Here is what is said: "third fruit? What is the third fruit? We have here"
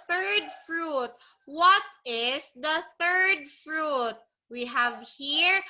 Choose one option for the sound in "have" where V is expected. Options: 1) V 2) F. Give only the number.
1